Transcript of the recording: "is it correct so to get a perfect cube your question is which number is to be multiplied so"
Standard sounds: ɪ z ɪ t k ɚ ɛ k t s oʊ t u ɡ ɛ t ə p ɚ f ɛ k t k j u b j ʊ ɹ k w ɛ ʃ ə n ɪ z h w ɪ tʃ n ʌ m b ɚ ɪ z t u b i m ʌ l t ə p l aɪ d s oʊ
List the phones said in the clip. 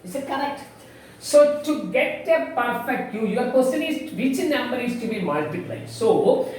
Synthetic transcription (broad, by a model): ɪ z ɪ t k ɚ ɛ k t s oʊ t u ɡ ɛ t ə p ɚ f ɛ k t j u j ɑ ɹ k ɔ s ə l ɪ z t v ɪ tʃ n ʌ m b ɚ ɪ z t u b i m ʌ l t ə p l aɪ s oʊ